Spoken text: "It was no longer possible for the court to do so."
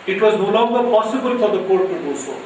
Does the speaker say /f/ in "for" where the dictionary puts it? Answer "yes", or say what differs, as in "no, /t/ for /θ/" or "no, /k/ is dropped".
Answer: no, /p/ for /f/